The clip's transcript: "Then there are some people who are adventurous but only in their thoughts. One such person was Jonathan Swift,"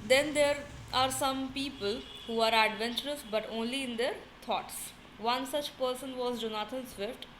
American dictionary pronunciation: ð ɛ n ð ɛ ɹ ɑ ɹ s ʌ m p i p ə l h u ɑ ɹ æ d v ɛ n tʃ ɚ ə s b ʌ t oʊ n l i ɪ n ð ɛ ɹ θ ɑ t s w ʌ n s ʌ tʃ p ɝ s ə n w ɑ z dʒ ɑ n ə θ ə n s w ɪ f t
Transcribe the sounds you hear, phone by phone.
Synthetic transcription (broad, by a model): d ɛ n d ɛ ɹ ɑ ɹ s ʌ m p i p ə l h u ɑ ɹ æ d v ɛ n tʃ ɚ ə s b ʌ t oʊ n l i ɪ n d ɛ ɹ t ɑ t s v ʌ n s ʌ tʃ p ɝ s ə n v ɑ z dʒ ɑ n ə t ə n s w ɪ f t